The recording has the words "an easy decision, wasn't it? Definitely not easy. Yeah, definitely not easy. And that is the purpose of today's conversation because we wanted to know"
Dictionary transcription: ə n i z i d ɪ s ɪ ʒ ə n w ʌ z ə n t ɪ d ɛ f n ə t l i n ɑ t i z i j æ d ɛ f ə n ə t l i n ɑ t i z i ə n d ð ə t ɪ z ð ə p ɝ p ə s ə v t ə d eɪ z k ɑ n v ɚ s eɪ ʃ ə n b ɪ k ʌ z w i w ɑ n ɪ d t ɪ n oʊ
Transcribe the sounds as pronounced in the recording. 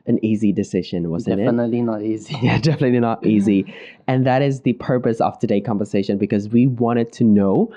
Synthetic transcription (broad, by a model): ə n i z i d ɪ s ɪ ʒ ə n w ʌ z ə ɪ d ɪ n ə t l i n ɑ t i z i j æ d ɛ f ə n ə t l i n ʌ t i z i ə n ð ə t ɪ z ð ə p ɝ p ə s ə v t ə d eɪ k ɑ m v ɚ s eɪ ʃ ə n b ɪ k ʌ z w i w ɑ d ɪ d t ɪ n oʊ